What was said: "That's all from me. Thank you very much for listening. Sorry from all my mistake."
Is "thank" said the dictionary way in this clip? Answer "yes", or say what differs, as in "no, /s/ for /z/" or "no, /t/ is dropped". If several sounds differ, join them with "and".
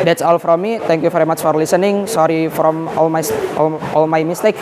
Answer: no, /t/ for /θ/